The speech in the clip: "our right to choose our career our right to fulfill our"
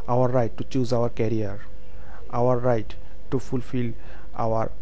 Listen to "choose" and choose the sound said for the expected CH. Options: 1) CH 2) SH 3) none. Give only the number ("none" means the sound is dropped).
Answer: 1